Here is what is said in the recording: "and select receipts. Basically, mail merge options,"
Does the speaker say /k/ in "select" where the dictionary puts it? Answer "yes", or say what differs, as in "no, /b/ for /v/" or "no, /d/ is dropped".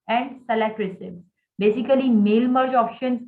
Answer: no, /k/ is dropped